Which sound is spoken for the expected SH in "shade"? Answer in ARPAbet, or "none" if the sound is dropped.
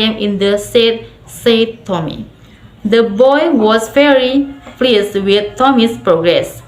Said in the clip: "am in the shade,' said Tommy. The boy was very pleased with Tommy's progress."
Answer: S